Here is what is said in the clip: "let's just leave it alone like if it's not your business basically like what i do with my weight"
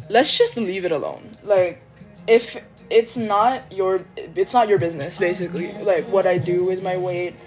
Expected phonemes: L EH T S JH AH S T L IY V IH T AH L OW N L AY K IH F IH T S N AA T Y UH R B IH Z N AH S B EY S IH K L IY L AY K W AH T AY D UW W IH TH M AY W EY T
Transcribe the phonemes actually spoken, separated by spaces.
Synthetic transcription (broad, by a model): L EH T S JH AH S T L IY V IH T AH L OW N L AY K IH F IH T S N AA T Y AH R B IH Z N AH S B EY S IH K L IY L AY K W AH T AY D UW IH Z M AY W EY T